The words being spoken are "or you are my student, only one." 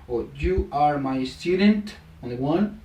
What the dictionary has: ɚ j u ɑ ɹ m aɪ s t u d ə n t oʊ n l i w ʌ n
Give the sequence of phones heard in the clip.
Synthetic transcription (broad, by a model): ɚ j u ɑ ɹ m aɪ s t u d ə n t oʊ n i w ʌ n